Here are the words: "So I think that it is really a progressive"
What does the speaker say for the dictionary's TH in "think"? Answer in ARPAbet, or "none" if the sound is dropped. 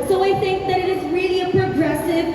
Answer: TH